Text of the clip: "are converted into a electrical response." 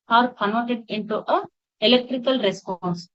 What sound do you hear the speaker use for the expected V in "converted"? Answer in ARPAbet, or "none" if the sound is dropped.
none